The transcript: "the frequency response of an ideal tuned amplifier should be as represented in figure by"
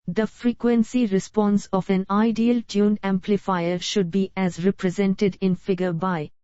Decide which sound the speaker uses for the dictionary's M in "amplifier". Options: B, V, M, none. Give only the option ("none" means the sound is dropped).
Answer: M